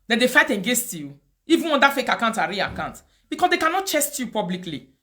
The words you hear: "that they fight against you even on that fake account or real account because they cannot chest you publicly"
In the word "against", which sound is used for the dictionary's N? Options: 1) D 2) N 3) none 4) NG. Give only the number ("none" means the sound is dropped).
3